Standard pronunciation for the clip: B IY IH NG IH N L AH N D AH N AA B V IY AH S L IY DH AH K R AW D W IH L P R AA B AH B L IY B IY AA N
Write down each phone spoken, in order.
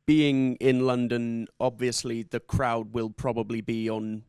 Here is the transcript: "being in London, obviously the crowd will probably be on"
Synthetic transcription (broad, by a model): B IY IH NG IH N L AH N D AH N AA B V IY AH S L IY DH AH K R AW D W IH L P R AA B AH B L IY B IY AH N